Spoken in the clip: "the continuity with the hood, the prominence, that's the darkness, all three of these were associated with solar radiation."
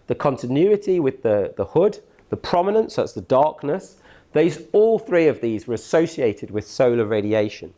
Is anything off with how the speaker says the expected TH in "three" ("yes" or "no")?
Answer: no